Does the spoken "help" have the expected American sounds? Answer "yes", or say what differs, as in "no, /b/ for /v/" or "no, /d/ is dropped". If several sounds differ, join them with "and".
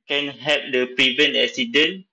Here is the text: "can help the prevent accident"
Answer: no, /l/ is dropped